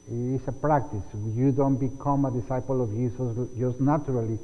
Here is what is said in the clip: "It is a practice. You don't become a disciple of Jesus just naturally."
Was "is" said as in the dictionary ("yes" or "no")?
no